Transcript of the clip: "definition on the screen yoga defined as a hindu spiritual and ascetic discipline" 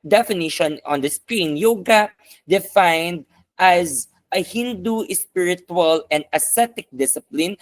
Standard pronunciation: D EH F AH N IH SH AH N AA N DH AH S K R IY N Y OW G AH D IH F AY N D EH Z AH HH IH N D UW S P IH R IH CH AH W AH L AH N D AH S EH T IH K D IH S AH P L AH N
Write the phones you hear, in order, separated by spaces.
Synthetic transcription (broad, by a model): D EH F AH N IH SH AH N AA N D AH S K R IY N Y OW G AH D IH F AY N D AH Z AH HH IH N D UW S P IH R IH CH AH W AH L AH N D AH S EH T IH K D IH S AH P L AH N